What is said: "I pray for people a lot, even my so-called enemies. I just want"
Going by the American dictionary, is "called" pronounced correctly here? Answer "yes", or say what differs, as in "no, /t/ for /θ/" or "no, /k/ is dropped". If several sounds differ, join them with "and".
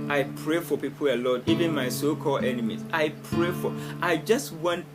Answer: no, /d/ is dropped